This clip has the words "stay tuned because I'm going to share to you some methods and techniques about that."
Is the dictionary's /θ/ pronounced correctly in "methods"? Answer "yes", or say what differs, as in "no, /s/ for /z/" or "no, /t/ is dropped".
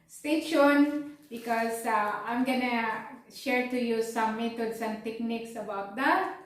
no, /t/ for /θ/